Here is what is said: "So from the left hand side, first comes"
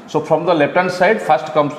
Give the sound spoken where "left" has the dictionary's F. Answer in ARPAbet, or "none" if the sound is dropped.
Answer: P